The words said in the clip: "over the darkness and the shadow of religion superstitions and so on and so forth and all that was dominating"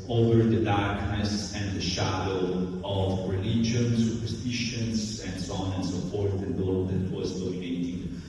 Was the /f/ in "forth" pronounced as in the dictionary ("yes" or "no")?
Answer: no